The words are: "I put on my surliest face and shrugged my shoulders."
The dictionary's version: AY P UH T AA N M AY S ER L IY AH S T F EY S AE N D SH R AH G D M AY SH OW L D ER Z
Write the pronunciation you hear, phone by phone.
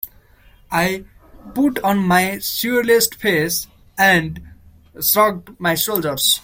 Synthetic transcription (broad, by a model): AY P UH T AA N M AY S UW L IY S T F EY S AE N D S R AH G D M AY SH OW L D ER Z